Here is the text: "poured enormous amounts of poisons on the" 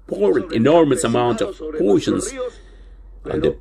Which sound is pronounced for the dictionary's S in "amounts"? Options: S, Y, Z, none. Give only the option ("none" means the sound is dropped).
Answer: none